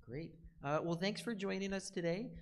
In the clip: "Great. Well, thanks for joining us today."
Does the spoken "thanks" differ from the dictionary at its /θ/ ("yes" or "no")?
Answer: no